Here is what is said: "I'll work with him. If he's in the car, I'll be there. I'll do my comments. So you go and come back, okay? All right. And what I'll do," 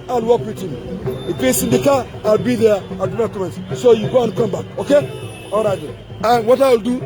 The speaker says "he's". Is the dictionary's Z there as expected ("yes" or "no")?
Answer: no